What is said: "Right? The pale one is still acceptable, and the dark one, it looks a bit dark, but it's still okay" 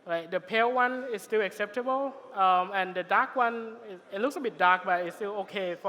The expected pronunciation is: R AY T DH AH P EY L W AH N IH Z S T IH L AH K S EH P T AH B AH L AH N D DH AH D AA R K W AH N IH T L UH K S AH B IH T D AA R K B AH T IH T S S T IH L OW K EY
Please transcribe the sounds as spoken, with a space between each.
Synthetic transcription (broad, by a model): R AY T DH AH P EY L W AH N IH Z S T IH L AH K S EH P T AH B AH L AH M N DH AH D AA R K W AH N IH T L UH K S AH B IH T D AA R K B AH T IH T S S T IH L OW K EY